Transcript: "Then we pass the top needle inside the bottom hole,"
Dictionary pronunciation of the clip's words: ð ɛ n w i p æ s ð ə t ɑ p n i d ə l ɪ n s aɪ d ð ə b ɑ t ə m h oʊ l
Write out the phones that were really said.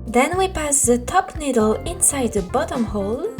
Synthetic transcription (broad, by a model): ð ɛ n w i p æ s ð ə t ɑ p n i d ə l ɪ n s aɪ d ð ə b ɑ t ə m h oʊ l